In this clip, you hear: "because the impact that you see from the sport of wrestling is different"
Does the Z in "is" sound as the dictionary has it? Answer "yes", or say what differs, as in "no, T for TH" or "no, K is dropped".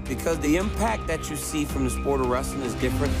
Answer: yes